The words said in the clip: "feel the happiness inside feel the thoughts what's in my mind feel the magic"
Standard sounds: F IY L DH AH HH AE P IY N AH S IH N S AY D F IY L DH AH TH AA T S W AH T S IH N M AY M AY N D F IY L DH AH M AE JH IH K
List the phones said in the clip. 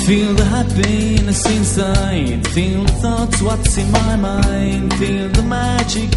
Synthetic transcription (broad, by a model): F IY L DH AH HH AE B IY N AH S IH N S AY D F IY L DH AH TH AA T S W AH T S IH N M AY M AY N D F IY L DH AH M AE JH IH K